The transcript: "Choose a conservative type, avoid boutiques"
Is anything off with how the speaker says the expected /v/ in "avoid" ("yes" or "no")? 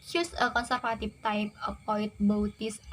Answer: yes